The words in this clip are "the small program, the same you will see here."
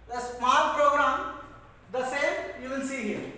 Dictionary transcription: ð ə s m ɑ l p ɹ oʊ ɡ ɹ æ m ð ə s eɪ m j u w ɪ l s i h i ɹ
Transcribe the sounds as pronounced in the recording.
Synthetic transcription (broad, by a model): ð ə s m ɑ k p ɹ oʊ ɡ ɹ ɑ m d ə s eɪ m j u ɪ n s i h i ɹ